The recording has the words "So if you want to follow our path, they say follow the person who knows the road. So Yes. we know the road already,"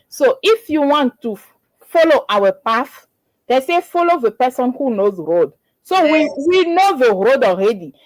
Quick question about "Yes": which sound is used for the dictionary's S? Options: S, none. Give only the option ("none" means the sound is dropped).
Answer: none